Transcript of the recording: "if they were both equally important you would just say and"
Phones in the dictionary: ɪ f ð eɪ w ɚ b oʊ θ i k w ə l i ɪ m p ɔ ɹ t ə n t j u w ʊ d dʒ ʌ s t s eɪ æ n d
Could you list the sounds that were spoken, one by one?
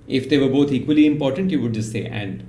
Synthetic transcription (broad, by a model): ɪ f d eɪ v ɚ b oʊ t i k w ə l i ɪ m p ɔ ɹ t ə n t j u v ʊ d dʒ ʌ s t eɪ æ n d